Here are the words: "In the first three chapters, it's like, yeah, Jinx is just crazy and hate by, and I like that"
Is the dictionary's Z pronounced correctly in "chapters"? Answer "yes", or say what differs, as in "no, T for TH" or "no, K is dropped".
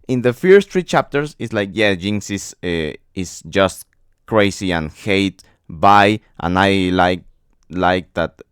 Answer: no, S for Z